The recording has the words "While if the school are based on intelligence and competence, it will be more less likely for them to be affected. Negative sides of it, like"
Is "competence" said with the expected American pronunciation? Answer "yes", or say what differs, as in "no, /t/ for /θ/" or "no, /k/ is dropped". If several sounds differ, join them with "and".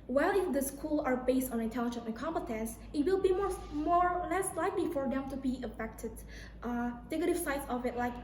yes